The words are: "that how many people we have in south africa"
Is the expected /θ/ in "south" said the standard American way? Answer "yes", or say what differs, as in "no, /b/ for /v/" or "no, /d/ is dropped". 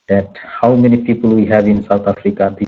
no, /t/ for /θ/